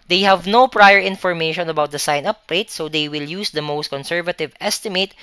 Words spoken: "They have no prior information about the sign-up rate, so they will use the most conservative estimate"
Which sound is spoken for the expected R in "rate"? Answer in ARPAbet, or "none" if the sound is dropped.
L